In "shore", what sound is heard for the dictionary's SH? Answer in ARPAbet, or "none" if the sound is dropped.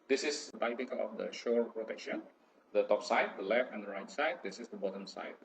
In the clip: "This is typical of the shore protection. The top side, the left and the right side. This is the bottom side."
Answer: SH